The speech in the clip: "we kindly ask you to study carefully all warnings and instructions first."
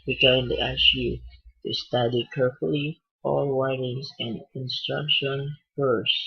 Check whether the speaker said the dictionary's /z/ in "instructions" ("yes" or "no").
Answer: no